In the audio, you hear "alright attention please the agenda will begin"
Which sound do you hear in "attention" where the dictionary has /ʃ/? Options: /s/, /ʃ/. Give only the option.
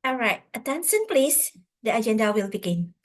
/s/